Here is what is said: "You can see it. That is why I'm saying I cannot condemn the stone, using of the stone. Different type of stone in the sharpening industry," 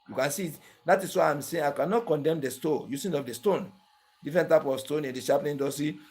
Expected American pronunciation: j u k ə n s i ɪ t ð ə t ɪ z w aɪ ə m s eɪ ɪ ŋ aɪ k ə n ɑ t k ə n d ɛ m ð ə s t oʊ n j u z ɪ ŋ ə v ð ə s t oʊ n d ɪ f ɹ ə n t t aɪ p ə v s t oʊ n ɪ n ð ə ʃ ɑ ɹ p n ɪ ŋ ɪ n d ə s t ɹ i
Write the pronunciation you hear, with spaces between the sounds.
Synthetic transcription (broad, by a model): j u k ə n s i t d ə t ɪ s w aɪ ə m s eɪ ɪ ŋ aɪ k ə n ɑ t k ə n d ɛ m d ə s t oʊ j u s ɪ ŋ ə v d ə s t oʊ n d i f ɹ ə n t t aɪ p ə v s t oʊ n ɪ n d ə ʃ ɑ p l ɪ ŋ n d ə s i